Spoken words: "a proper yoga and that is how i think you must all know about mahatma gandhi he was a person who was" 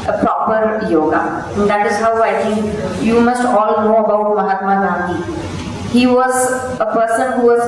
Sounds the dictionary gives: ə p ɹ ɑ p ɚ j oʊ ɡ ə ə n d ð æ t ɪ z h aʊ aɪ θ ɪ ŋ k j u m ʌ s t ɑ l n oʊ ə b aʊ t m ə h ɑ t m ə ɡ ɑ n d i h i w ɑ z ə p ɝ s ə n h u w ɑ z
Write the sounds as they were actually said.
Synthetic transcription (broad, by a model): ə p ɹ ɑ p ɚ j oʊ ɡ ə ə n d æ t ɪ z h aʊ aɪ t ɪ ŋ k j u m ʌ s t ɑ l n oʊ ə b aʊ t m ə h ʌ t m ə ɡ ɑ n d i h i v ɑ z ə p ɝ s ə n h u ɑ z